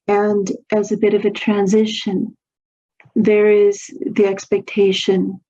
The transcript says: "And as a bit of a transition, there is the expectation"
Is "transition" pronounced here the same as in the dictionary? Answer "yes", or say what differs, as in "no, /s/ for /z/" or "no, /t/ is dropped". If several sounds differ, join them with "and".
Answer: yes